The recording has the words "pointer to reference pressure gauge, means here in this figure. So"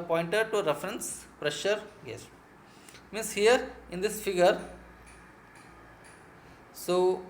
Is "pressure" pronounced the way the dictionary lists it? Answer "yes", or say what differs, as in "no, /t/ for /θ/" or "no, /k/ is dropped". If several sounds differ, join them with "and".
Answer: yes